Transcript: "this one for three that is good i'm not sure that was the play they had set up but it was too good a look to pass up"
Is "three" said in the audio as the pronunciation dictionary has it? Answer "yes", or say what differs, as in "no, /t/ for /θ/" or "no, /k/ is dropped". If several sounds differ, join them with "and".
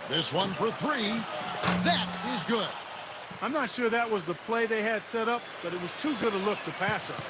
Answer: yes